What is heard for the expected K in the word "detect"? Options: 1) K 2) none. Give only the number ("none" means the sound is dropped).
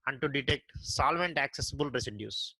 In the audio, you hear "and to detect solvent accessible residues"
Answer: 1